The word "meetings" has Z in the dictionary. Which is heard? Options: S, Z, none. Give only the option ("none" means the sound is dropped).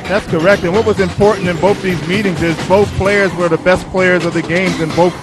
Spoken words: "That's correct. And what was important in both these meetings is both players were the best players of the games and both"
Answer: Z